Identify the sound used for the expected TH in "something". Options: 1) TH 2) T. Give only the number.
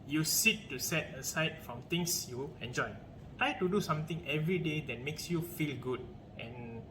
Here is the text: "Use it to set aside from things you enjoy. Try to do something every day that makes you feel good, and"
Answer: 2